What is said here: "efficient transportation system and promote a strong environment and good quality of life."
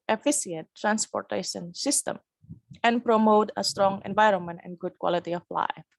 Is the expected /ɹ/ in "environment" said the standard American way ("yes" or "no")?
yes